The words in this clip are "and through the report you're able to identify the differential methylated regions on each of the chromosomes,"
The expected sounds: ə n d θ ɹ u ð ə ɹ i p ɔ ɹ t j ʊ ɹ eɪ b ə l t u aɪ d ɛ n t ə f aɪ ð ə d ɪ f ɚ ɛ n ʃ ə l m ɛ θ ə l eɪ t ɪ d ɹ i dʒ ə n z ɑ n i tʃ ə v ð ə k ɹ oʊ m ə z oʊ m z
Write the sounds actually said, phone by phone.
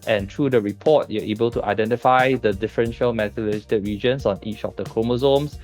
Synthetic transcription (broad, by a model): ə n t ɹ u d ə ɹ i p ɔ t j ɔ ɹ eɪ b ə l t u aɪ d ɛ n t ə f aɪ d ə d ɪ f ɚ ɛ n ʃ ə l m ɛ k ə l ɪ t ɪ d ɹ i dʒ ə n s ɑ n i tʃ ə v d ə k ɹ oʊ m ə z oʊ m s